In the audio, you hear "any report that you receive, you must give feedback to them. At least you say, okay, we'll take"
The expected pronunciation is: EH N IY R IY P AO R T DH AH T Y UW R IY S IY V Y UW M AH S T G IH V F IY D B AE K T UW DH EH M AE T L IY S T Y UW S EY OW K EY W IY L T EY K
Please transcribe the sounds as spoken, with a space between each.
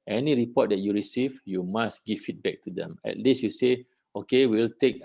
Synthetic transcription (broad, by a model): EH N IY R IY P AO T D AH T Y UW R IY S IY V Y UW M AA S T G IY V F IY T B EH K T UW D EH M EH T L IY S Y UW S EY OW K EY W IY L T EY K